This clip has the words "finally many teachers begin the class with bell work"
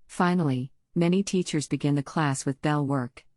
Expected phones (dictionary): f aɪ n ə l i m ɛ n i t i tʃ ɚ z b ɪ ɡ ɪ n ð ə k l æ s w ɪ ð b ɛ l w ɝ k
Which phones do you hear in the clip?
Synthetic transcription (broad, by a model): f aɪ n l i m ɛ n i t i tʃ ɚ z b ɪ ɡ ɪ n ð ə k l æ s w ɪ ð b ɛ l w ɝ k